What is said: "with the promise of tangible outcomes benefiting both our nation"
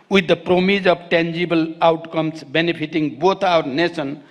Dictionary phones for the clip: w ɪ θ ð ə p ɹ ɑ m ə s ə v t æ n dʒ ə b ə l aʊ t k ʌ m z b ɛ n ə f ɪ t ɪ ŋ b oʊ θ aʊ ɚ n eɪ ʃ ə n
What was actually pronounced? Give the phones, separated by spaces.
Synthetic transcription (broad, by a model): w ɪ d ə p ɹ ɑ m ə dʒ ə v t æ n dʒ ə b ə l aʊ t k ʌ m s b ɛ n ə p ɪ t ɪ ŋ b oʊ t aʊ ɚ n eɪ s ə n